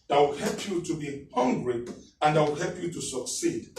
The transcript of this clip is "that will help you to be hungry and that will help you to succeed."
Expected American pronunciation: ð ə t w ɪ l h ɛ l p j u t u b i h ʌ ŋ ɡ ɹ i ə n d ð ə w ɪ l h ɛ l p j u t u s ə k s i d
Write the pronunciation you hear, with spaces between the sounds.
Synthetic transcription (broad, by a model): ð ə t w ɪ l h ɛ l p j u t u b i h ʌ ŋ ɡ ɹ i ə n d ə w ɪ l h ɛ l p j u t u s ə k s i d